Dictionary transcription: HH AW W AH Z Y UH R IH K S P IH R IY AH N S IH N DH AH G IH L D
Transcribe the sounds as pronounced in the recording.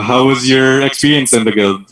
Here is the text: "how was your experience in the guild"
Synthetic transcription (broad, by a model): HH AW W AH Z Y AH R IH K S P IH R IY AH N S IH N DH AH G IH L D